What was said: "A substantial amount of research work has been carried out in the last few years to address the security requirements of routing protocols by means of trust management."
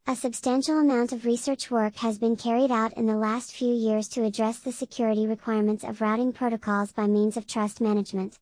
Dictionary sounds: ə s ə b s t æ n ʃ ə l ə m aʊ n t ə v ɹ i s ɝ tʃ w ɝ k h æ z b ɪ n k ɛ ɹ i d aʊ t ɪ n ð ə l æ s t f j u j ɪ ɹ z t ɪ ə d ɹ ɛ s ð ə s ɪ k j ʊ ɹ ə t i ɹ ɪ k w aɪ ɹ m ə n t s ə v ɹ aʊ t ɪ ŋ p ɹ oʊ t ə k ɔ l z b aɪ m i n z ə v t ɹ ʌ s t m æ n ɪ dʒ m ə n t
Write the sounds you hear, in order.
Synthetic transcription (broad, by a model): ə s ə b s t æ n ʃ l ə m aʊ n t ə v ɹ i s ɝ tʃ w ɝ k h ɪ z b ɪ n k ɛ ɹ i d aʊ t ɪ n ð ə l æ s t f j u j ɪ ɹ z t ɪ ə d ɹ ɛ s ð ə s ɪ k j ʊ ɹ ə t i ɹ ɪ k w aɪ ɹ m ə n t s ə v ɹ aʊ t ɪ ŋ p ɹ oʊ t ə k ɔ l z b aɪ m i n z ə v t ɹ ʌ s t m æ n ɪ dʒ m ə n t